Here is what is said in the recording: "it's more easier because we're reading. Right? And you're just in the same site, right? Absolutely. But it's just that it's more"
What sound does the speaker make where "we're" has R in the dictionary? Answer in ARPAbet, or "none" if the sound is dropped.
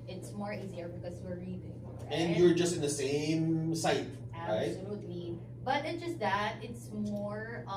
R